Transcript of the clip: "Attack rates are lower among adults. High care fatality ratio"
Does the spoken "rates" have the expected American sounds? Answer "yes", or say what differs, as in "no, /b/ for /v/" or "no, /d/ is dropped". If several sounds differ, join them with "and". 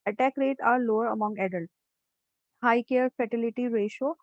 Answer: no, /s/ is dropped